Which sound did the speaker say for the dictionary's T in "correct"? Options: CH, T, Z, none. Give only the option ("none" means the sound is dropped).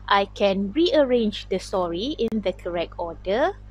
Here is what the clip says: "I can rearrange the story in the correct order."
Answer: T